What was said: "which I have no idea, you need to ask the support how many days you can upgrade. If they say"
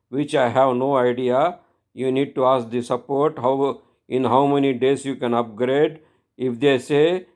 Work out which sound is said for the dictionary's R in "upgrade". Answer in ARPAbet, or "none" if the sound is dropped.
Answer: R